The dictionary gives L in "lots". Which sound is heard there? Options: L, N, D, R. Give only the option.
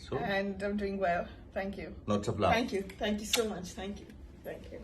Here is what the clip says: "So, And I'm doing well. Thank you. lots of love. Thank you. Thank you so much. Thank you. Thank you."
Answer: N